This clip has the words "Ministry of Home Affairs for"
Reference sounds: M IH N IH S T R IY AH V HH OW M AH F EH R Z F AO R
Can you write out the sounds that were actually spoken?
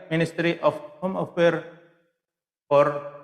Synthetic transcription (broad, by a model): M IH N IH S T R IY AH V HH OW M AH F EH R F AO R